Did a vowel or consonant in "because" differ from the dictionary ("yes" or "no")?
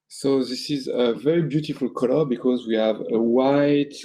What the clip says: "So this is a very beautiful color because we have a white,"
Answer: no